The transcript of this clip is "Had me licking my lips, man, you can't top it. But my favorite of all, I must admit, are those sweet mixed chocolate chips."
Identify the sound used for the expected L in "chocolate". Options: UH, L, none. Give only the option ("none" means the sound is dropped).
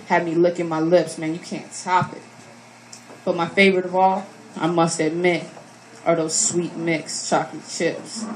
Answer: none